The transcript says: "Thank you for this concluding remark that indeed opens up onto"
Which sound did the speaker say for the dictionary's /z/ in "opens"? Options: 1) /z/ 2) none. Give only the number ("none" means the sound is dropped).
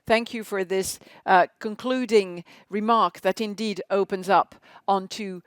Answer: 1